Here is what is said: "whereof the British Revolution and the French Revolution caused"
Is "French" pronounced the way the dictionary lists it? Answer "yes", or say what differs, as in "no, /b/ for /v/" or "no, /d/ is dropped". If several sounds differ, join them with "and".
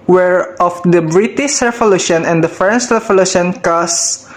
no, /s/ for /tʃ/